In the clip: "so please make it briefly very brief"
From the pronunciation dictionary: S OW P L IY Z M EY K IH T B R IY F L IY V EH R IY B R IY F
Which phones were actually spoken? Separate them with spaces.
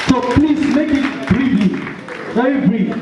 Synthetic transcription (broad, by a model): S OW P L IY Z M EY K IH T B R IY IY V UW IY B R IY